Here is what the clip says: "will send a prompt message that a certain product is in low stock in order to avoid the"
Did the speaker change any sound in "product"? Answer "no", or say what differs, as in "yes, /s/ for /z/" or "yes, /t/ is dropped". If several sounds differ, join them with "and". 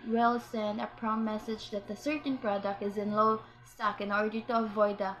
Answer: no